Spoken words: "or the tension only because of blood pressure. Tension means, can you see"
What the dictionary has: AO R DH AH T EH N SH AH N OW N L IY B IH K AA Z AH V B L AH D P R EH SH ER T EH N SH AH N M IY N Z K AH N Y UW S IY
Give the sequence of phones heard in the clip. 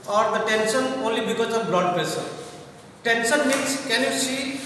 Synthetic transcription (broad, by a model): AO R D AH T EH N S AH N OW N L IY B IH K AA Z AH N B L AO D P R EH S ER T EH N S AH N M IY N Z K AH N Y UW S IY